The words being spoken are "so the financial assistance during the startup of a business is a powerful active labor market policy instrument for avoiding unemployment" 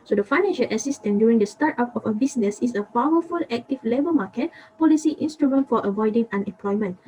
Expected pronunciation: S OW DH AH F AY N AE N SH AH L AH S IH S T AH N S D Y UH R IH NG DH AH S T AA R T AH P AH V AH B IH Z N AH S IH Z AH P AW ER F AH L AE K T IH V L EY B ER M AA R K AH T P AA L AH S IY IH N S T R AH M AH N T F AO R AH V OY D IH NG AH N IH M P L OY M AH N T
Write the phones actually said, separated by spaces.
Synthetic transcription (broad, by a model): S OW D AH F AY N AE N SH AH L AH S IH S T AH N D Y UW R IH NG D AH S T AA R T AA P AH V AH B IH S N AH S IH S AH P AW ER F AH L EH K T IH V L EY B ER M AA K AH T P AA L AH S IY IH N S T R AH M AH N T F AO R AH V OY D IH NG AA N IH M P L OY M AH N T